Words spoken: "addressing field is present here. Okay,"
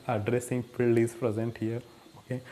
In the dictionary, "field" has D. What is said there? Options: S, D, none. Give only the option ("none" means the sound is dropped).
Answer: none